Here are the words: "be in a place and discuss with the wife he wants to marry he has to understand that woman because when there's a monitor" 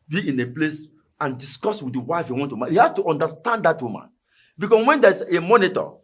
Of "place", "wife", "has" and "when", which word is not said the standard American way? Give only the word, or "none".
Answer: has